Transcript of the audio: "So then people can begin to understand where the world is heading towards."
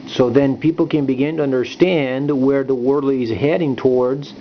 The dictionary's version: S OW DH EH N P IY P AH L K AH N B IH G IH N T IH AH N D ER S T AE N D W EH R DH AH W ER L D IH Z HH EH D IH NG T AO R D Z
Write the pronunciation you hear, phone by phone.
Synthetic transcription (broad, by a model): S OW DH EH N P IY P L K AH N B IH G IH N T IH AH N D ER S T AE N D W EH R DH AH W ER L IH Z HH EH D IH NG T AO R D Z